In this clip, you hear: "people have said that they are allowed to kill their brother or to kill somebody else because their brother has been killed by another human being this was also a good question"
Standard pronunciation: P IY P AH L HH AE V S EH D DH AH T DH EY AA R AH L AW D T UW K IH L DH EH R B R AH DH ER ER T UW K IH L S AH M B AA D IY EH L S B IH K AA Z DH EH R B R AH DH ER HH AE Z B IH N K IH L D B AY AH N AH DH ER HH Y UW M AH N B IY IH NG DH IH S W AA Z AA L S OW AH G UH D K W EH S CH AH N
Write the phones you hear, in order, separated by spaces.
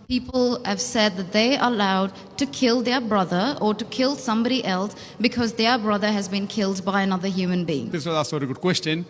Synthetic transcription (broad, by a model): P IY P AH L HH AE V S EH D DH AH T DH EY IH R AH L AW D T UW K IH L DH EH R B R AH DH ER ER T UW K IH L S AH M B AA D IY EH L S B IH K AA Z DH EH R B R AH DH ER HH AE Z B IH N K IH L D B AY AH N AH DH ER HH Y UW M AH N B IY IH NG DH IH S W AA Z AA S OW AH G UH D K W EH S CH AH N